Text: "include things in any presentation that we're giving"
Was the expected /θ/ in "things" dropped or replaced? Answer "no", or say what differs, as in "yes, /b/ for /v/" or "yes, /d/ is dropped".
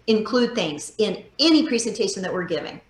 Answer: no